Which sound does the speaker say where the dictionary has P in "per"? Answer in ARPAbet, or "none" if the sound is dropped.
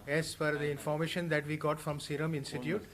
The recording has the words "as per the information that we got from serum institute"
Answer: F